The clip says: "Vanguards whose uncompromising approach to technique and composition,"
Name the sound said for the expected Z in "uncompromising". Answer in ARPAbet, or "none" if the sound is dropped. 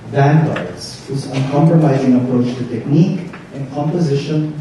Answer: Z